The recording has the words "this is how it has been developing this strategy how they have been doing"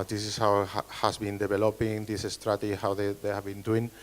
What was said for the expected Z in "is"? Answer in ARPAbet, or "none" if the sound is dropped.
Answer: S